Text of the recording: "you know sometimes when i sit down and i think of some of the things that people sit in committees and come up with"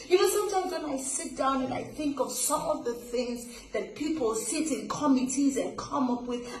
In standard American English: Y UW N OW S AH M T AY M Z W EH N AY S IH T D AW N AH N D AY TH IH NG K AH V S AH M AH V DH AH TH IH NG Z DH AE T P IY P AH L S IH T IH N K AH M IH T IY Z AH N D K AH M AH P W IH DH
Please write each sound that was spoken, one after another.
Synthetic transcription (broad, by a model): Y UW N OW S AH M T AY M Z W EH N AY S IH T D AW N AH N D AY TH IH NG K AH V S AH M AH V DH AH TH IH NG Z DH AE T P IY P AH L S IH T IH N K AH M IH T IY Z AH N K AH M AH P W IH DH